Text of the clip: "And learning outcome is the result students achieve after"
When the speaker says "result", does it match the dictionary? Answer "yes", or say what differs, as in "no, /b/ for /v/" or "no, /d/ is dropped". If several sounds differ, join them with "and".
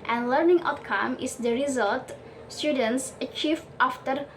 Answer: yes